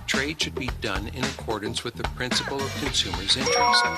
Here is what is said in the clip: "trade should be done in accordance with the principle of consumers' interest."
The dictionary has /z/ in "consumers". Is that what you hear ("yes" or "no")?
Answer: yes